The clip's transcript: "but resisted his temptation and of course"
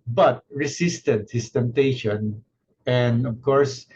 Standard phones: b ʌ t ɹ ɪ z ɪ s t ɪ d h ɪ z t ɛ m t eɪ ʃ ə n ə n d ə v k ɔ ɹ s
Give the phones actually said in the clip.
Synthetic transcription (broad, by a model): b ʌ t ɹ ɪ s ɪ s t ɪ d h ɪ s t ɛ m t eɪ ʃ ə n ə n d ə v k ɔ ɹ s